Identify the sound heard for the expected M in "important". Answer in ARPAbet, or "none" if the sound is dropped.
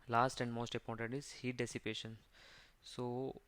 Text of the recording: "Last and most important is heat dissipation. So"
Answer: none